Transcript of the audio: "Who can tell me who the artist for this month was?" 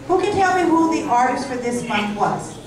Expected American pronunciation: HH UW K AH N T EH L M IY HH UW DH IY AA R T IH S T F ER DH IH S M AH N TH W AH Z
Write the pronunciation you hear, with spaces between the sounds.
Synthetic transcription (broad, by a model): HH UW K AH N T EH L M IY HH UW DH IY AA R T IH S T F ER DH IH S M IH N T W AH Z